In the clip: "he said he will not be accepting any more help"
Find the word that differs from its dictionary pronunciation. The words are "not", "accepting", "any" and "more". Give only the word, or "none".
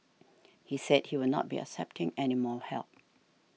more